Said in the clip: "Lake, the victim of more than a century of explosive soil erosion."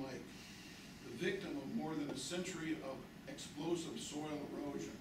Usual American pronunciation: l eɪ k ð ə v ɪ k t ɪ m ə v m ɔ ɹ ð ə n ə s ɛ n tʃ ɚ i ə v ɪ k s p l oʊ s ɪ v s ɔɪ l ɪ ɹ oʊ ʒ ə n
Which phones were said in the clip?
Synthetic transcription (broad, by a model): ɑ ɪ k ð ə v ɪ k t ɪ m ə v m ɔ ɹ ð ə n ə s ɛ n tʃ ɚ i ə v ɪ k s p l oʊ s ɪ v s ɔɪ l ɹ oʊ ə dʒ